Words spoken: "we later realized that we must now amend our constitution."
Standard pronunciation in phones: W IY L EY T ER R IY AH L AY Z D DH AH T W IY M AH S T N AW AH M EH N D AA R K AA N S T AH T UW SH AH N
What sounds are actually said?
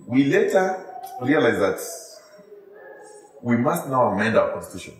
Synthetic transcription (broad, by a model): W IY L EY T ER R IY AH L AY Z DH AH T W IY M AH S T N AW AH M EH N D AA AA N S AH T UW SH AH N